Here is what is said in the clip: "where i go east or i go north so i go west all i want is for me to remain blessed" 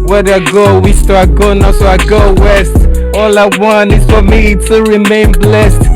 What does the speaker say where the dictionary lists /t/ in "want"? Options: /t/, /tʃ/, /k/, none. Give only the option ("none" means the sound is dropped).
none